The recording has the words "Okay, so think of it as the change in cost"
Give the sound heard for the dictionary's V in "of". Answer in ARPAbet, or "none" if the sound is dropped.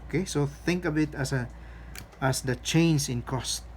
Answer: B